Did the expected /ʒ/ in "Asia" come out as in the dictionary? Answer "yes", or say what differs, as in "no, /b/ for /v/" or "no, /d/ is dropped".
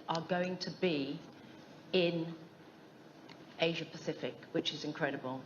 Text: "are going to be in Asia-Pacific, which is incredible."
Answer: yes